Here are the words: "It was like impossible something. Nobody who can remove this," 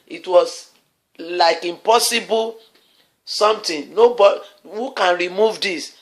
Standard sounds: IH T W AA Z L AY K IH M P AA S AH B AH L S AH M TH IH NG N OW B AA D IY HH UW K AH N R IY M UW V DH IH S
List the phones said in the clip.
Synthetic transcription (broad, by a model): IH T W AA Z L AY K IH M P AA S AH B AH L S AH M T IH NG N OW B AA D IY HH UW K AH N R IY M UW V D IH S